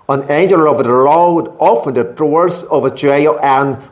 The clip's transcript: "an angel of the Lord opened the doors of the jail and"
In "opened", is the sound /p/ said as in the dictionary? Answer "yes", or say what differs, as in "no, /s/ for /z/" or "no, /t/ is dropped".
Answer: no, /f/ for /p/